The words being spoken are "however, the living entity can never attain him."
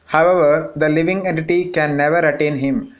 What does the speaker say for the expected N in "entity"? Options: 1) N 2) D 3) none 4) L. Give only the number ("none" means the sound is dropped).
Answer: 1